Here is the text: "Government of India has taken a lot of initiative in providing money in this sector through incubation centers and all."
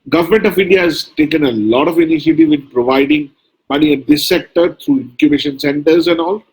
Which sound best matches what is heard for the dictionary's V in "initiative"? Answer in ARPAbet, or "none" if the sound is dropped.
V